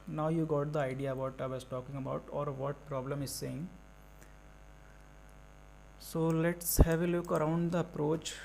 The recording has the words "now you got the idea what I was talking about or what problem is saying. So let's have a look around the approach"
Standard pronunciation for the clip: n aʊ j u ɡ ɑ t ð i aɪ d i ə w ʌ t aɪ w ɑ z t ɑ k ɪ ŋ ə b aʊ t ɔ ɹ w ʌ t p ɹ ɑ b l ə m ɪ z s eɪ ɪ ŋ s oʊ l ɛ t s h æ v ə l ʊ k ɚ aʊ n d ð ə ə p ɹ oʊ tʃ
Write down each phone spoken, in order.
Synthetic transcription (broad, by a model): n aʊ j u ɡ ɑ t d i aɪ d i ə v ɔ t aɪ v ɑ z t ɑ k ɪ ŋ ə b aʊ t ɔ ɹ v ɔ t p ɹ ɑ b l ə m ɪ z s eɪ ɪ ŋ s oʊ l ɛ t s h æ v ə l ʊ k ɚ aʊ n d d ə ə p ɹ oʊ tʃ